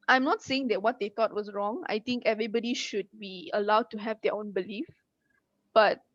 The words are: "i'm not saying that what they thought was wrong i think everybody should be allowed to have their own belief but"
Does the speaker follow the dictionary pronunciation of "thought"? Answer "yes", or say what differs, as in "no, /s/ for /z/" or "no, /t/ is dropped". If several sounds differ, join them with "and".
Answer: no, /t/ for /θ/